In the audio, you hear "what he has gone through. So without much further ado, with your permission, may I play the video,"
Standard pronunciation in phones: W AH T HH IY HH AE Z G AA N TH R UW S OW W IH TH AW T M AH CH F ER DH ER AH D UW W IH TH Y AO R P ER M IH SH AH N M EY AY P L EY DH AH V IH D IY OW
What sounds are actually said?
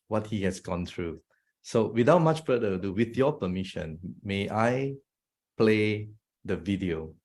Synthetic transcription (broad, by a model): W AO T HH IY HH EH S G AA N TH R UW S OW W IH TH AW T M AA CH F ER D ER AH D UW W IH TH Y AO P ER M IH SH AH N M EY AY P L EY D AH V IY D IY OW